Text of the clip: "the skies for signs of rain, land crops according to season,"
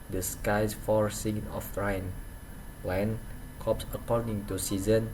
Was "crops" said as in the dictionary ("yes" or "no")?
no